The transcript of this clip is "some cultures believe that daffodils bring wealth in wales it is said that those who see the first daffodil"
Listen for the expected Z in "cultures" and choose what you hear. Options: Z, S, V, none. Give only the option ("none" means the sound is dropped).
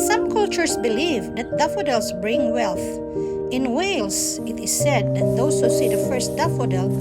S